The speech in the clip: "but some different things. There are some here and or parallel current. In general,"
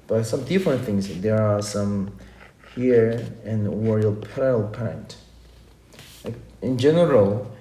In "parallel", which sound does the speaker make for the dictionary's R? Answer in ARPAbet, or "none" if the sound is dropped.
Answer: none